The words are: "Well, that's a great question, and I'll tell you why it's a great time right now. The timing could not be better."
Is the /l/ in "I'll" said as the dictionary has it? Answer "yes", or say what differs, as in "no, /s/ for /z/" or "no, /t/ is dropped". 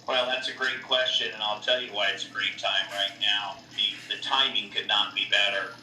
yes